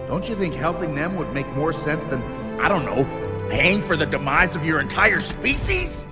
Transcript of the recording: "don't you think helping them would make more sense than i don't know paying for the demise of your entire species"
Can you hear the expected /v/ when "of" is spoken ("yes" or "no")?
yes